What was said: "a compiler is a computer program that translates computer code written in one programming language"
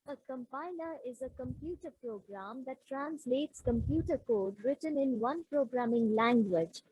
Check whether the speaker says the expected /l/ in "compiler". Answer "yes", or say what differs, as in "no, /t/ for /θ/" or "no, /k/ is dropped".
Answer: no, /n/ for /l/